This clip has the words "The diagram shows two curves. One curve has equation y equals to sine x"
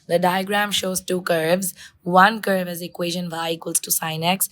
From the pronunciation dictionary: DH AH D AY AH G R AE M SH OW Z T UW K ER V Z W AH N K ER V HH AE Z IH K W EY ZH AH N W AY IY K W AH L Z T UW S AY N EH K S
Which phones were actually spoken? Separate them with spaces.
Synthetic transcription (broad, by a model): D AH D AY AH G R AE M SH OW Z T UW K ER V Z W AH N K ER V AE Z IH K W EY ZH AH N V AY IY K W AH L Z T UW S AY N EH K S